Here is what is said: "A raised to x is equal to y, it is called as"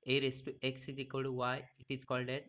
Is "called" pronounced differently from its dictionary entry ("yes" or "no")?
no